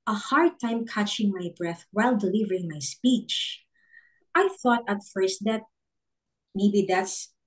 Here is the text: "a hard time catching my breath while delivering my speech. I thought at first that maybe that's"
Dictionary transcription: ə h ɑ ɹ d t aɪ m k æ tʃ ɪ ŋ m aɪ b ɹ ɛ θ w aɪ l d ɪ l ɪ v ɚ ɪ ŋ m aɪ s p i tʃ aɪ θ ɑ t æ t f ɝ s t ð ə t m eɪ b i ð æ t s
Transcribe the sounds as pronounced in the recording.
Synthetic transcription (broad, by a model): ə h ɑ ɹ d t aɪ m k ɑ tʃ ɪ ŋ m aɪ b ɹ ɛ θ w aɪ l d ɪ l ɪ v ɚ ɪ ŋ m aɪ s p i tʃ aɪ θ ɑ t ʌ t f ɝ s t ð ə t m eɪ b i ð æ t s